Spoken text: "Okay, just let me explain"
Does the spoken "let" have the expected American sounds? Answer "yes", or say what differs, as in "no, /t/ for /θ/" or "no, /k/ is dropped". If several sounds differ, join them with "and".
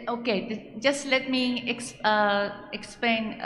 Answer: yes